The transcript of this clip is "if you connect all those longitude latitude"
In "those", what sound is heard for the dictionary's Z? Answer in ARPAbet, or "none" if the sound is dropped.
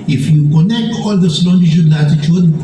S